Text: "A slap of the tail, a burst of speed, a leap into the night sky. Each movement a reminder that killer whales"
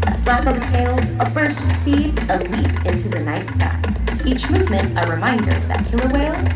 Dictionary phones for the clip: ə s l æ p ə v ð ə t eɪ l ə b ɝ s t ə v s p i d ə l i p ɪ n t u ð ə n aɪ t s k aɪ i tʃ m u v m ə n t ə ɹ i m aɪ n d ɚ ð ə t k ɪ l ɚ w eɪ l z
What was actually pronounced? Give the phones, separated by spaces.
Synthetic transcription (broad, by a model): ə s l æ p ə v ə t eɪ l ə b ɝ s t s i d ə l i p ɪ n t u ð ə n aɪ t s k i tʃ m u v m ə n t ə ɹ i m aɪ n d ɚ ð ə t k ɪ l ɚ w eɪ l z